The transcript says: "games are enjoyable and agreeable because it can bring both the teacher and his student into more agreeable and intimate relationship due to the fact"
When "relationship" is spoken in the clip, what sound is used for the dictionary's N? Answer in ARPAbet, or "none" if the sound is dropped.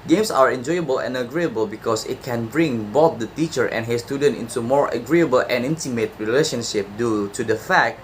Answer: N